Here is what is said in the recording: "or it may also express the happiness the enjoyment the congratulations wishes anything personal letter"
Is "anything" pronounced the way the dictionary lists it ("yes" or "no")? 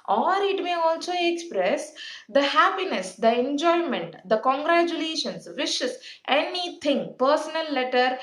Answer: no